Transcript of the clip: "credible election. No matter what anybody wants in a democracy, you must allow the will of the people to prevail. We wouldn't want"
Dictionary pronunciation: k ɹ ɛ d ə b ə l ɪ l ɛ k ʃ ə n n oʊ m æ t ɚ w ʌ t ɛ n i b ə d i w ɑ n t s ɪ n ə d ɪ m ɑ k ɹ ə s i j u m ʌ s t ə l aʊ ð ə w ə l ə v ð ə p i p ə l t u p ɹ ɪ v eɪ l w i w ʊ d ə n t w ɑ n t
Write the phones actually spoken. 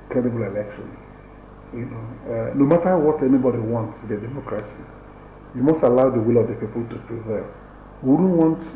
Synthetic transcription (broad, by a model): k ɹ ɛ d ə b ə l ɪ l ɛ k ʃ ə n n oʊ m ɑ t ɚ w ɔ t ɛ n i b ə d i w ɑ n t s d ə d ɪ m ɑ k ɹ ə s i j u m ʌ s t ə l aʊ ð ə w ə l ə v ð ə p i p ə l t u p ɹ ɪ v eɪ l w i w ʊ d n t w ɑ n t